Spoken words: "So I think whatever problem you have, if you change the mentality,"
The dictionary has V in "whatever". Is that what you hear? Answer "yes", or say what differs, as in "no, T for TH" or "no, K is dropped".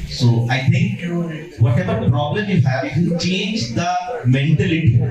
no, B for V